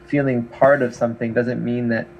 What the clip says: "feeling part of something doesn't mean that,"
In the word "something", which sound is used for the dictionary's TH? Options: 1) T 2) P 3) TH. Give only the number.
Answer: 3